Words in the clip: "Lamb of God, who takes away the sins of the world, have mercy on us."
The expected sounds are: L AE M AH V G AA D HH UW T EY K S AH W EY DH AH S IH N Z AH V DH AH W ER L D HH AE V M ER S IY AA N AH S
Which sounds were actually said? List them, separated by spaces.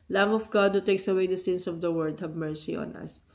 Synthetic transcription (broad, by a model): L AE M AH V G AA D HH UW T EY K S AH W EY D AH S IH N S AH V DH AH W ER D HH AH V M ER S IY AA N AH S